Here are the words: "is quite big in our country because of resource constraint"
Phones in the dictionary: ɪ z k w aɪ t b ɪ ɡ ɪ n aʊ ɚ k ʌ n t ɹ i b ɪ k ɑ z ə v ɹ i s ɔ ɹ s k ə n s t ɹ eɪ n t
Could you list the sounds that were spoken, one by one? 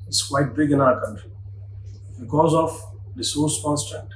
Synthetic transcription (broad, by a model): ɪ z k w aɪ t b ɪ ɡ ɪ n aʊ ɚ k ʌ n t ɹ i b ɪ k ɑ z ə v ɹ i s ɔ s k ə n s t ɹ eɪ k t